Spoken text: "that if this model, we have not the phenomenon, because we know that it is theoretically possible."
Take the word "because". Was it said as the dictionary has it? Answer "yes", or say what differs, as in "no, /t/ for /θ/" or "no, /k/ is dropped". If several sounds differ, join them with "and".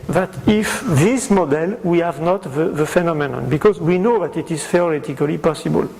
yes